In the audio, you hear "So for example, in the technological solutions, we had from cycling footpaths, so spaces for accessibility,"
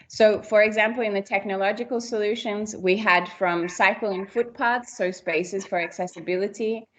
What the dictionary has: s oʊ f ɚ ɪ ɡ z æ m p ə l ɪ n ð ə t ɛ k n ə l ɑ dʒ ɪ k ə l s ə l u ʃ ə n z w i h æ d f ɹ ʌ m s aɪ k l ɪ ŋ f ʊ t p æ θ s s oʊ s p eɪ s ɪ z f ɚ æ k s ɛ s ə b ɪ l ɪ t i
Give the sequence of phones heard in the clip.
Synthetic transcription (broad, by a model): s oʊ f ɚ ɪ ɡ z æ m p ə l ɪ n ð ə t ɛ k n ə l ɑ dʒ ɪ k ə l s ə l u ʃ ə n z w i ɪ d f ɹ ʌ m s aɪ k l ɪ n f ʊ t p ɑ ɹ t s oʊ s p eɪ s ɪ z f ɚ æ k s ɛ s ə b ɪ l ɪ t i